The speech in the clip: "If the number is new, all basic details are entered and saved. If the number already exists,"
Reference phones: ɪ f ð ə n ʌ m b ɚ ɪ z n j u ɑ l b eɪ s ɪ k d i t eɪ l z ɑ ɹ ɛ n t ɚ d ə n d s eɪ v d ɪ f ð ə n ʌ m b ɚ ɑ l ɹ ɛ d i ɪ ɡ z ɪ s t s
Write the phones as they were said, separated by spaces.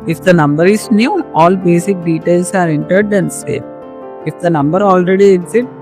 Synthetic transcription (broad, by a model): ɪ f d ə n ʌ m b ɚ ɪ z n j u ɑ l b eɪ s ɪ k d i t eɪ l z ɑ ɹ ɛ n t ɚ d ə n d s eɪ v ɪ f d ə n ʌ m b ɚ ɑ l ɹ ɛ d i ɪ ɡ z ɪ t